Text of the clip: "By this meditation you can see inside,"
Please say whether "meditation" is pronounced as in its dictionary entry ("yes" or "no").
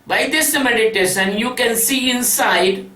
no